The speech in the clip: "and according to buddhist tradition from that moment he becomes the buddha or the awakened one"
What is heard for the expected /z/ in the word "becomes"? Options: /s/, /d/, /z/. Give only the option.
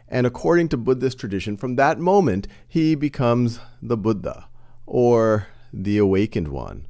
/z/